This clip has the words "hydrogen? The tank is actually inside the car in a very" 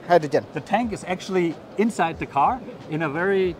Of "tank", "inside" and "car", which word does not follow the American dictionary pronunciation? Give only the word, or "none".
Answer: none